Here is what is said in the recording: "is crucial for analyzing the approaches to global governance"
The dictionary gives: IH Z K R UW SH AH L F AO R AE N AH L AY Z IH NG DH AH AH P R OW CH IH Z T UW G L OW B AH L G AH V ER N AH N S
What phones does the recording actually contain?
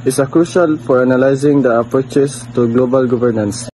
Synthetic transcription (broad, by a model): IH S K R UW SH AH L F AO R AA N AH L AY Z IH NG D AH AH P R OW CH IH S T UW G L OW B AH L G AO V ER N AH N S